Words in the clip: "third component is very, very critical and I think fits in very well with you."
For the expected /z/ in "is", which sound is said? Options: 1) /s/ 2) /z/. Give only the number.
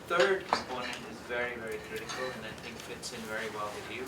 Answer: 2